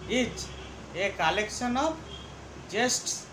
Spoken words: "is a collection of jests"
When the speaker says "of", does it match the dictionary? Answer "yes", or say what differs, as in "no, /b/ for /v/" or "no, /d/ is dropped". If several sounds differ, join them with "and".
no, /b/ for /v/